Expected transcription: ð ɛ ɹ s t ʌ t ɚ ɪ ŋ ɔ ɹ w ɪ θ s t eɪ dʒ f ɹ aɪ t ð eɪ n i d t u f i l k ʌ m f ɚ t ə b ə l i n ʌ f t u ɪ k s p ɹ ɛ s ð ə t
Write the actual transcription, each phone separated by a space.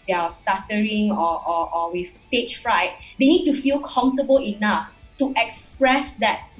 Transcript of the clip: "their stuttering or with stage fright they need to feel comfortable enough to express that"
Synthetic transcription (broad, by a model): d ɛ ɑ s t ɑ t ɚ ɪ ŋ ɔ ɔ w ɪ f s t eɪ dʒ f ɹ aɪ t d eɪ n i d t u f i l k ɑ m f t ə b ə l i n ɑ f t u ɪ k s p ɹ ɛ s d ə t